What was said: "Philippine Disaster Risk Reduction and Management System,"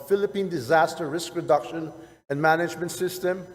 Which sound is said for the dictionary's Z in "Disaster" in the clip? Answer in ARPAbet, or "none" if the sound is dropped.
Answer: Z